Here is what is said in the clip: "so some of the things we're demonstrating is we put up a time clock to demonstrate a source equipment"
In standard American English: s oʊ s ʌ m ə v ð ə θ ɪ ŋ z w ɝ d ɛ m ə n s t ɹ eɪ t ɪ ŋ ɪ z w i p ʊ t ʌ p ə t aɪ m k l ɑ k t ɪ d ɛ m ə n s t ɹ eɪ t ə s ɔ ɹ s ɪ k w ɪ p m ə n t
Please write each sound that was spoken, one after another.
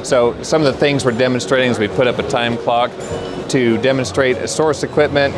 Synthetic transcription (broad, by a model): s oʊ s ʌ m ə v ð ə θ ɪ ŋ z w ɝ d ɛ m ə n s t ɹ eɪ t ɪ ŋ ɪ z w i p ʊ t ʌ p ə t aɪ m k l ɑ k t ɪ d ɛ m ə n s t ɹ eɪ t ə s ɔ ɹ s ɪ k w ɪ p m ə n t